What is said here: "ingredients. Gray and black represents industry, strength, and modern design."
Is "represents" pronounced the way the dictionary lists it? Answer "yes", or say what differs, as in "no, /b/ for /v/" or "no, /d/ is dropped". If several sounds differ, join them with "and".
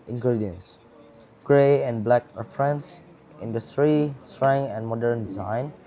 no, /f/ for /p/